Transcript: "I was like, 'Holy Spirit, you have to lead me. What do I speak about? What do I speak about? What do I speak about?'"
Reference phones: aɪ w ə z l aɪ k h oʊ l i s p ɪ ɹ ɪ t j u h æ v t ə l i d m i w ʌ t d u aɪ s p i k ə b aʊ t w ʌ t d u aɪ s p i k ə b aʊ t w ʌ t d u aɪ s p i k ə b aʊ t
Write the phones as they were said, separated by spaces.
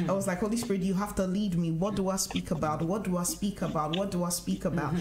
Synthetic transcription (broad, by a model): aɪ w ə z l aɪ k h oʊ l i s p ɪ ɹ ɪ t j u h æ f t ə l i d m i w ʌ t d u aɪ s p i k ə b aʊ t w ʌ t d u aɪ s p i k ə b aʊ t w ʌ t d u aɪ s p i k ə b aʊ t